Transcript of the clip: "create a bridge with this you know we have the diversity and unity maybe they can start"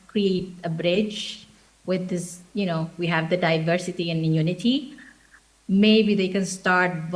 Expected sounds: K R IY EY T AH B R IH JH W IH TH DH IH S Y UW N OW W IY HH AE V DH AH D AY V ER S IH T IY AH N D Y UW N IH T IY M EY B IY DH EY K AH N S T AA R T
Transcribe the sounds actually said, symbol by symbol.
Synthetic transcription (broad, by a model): K R IY EY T AH B R IH JH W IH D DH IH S Y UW N OW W IY HH AE V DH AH D AY V ER S IH T IY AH N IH Y UW N IH T IY M EY B IY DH EY K AH N S T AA R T